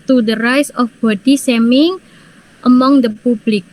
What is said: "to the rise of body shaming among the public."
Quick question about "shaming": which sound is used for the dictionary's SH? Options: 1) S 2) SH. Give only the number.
1